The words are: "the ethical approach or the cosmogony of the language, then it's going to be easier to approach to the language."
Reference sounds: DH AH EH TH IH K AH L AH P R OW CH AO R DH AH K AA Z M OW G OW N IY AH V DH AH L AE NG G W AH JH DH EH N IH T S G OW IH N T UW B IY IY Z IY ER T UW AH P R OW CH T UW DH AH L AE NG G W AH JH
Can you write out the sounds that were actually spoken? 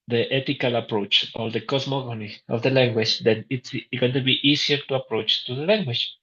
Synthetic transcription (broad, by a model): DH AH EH T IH K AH L AH P R OW CH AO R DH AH K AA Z M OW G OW N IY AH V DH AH L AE NG G W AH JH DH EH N IH T S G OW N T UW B IY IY S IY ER T UW AH P R OW CH T UW DH AH L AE NG G W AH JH